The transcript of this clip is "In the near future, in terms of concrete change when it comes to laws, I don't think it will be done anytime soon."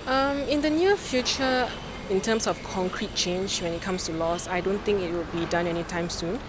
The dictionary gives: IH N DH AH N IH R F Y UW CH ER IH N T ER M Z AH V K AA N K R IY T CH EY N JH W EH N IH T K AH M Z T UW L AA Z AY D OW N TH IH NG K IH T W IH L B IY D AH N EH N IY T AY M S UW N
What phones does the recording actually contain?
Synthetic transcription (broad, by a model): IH N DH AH N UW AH F Y UW CH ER IH N T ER M S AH F K AA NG K R IY T CH EY N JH W EH N IH T K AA M S T UW L AA S AY D OW N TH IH NG K IH T W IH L B IY D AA N EH N IY T AY M S UW N